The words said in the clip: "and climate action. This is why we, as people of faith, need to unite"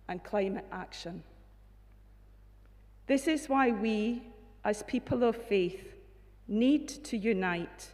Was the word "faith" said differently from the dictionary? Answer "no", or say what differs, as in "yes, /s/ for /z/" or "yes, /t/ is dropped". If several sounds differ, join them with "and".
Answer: no